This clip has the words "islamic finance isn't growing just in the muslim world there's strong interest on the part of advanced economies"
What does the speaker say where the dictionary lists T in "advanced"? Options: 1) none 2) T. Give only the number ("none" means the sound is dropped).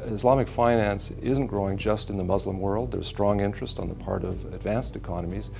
2